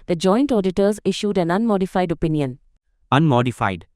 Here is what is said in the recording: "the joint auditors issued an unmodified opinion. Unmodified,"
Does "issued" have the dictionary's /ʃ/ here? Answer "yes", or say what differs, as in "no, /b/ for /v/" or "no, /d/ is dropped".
yes